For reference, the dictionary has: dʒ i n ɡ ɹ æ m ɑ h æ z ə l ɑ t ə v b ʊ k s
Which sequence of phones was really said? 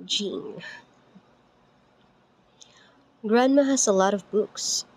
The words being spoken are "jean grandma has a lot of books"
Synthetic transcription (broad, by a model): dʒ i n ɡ ɹ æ m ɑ h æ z ə l ɑ t ə v b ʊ k s